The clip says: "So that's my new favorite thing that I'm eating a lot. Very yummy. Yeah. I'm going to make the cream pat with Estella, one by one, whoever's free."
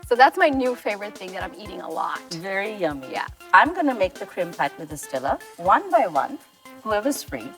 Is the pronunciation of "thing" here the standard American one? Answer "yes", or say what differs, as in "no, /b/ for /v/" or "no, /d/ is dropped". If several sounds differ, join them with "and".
yes